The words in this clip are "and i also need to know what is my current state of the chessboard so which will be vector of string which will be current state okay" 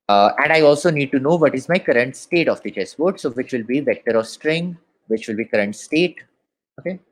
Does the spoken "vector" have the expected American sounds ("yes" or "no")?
yes